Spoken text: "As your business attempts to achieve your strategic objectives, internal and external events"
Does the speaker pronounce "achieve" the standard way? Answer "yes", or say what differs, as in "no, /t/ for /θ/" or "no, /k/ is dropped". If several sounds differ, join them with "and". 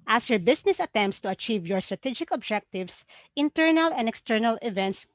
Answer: yes